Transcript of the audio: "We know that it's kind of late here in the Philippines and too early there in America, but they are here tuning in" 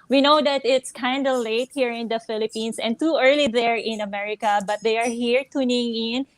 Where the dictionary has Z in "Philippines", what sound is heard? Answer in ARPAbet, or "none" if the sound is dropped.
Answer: S